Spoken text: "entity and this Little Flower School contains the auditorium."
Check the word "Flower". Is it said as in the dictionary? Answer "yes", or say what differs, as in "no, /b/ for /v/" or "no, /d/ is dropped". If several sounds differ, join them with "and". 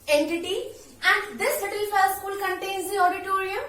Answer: no, /l/ is dropped